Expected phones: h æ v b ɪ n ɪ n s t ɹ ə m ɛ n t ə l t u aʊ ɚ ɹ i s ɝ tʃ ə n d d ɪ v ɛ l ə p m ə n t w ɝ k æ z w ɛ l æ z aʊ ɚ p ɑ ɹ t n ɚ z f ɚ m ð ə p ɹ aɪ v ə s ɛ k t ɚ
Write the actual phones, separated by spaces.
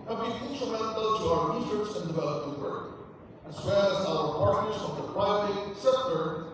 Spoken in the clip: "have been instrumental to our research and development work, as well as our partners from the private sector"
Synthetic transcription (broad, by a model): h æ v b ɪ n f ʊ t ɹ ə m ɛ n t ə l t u aʊ ɚ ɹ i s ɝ s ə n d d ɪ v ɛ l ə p ə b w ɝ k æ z w ɛ l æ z aʊ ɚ p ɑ ɹ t n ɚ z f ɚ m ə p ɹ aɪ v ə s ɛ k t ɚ